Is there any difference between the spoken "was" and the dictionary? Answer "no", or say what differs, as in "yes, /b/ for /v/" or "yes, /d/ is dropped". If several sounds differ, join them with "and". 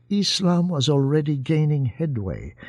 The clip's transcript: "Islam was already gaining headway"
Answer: no